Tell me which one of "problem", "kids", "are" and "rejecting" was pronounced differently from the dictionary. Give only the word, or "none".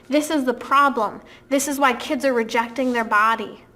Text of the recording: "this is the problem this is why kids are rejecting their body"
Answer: none